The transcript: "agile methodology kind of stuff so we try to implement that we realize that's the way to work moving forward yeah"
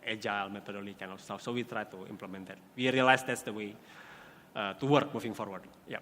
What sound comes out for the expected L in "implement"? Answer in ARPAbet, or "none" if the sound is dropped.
L